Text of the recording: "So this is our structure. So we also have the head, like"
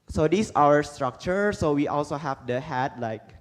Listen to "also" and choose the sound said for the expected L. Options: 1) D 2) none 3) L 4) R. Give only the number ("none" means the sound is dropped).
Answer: 3